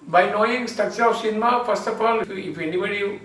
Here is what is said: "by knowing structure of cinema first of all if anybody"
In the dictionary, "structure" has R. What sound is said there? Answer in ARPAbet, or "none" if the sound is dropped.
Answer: none